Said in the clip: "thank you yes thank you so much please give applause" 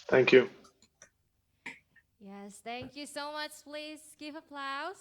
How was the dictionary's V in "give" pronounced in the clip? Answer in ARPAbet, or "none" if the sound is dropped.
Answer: V